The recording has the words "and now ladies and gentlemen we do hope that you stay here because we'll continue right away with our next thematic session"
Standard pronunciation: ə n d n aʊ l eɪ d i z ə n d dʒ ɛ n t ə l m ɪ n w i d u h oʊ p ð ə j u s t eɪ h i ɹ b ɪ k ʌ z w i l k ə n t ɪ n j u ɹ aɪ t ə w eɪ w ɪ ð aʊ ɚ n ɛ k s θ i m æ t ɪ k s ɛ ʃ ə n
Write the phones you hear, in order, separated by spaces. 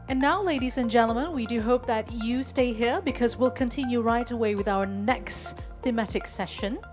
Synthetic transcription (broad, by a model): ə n n aʊ l eɪ d i z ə n dʒ ɛ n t l m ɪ n w i d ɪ h oʊ p ð ə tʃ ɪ s t eɪ h i ɹ b ɪ k ʌ z w i l k ə n t ɪ n j u ɹ aɪ t ə w eɪ w ɪ ð aʊ ɚ n ɛ k s θ i m æ t ɪ k s ɛ ʃ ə n